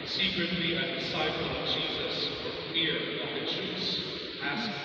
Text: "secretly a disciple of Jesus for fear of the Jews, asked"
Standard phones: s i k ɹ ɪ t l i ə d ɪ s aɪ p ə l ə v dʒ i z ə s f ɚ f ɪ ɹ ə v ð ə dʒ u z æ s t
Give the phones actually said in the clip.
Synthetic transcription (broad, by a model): s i k ɹ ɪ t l i ə d ɪ s aɪ p ə l ə v dʒ i z ə s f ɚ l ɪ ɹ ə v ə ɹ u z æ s